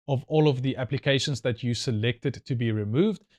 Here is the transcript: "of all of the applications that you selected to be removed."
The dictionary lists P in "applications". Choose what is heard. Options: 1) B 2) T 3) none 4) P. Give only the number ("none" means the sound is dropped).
4